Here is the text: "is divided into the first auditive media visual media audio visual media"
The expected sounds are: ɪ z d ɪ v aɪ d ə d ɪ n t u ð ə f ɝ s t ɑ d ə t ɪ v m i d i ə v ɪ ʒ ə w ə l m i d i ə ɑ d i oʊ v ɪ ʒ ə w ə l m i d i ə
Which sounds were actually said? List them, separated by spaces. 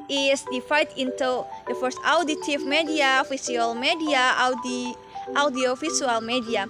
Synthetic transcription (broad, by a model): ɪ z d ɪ f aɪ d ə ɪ n t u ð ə f ɝ s t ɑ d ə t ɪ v m i d i ə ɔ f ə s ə l m i d i ə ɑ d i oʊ f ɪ ʃ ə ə l m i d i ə